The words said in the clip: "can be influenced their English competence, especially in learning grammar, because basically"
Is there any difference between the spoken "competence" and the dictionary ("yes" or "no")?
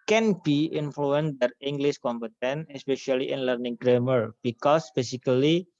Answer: yes